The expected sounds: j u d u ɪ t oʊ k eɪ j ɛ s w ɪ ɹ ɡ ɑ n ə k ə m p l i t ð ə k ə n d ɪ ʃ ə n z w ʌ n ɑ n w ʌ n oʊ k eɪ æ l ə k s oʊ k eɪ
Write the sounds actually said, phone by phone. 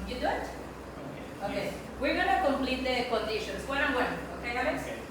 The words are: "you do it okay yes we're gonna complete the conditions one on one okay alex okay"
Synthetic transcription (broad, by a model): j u d u ɪ t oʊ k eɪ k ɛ w ɪ ɹ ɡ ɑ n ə k ə m p l i t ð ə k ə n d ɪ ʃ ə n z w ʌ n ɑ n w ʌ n oʊ k eɪ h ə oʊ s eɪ